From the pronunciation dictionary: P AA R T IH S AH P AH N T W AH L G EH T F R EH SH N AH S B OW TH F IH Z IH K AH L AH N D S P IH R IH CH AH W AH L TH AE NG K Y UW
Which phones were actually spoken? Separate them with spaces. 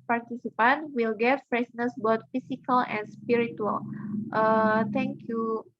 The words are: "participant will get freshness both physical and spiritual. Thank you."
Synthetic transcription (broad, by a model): P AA R T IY S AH P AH N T W AH L G EH T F R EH S N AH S B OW T F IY S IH K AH L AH N S P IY R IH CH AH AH L T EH NG K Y UW